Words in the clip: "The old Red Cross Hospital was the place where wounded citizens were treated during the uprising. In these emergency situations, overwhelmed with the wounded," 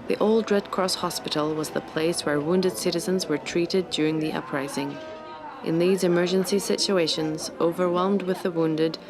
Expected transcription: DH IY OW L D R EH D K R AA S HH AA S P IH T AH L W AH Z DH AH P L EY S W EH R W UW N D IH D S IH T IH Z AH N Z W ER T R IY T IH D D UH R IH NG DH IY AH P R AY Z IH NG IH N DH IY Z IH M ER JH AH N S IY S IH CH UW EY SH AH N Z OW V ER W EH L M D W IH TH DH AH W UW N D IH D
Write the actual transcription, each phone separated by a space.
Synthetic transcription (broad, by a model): DH IY OW L D R EH D K R AA S HH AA S P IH T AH L W AH Z DH AH P L EY S W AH R W UW N D IH D S IH T IH Z AH N Z W ER T R IY T IH D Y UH R IH NG DH IY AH P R AY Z IH NG IH N DH IY Z IH M ER JH AH N S IY S IH CH UW EY SH AH N Z OW V ER W EH L M D W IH DH AH W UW N D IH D